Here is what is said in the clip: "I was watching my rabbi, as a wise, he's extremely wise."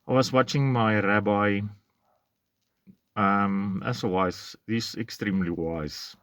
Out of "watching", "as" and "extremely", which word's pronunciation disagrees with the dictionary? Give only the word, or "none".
as